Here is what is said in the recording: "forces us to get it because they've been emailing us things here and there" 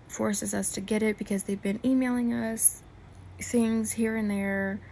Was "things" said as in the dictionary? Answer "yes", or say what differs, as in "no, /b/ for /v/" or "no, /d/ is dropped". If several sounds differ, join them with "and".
yes